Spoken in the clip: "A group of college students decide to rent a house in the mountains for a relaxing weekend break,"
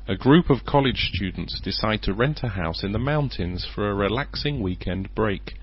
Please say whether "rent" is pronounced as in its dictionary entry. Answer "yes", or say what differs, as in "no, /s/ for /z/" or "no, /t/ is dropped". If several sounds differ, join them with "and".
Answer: yes